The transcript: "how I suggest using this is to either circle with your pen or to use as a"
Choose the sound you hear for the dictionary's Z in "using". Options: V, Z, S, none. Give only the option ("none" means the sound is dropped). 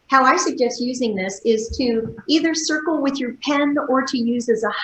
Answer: Z